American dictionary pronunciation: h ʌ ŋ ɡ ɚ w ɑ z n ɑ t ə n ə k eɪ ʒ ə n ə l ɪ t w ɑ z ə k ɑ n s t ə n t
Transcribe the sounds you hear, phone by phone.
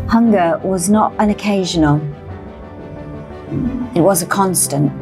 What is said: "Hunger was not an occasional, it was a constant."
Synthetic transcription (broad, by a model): h ʌ ŋ ɡ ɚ w ɑ z n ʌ t ə n ə k eɪ ʒ ə n ə l ɪ t w ɑ z ə k ɑ n s t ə n t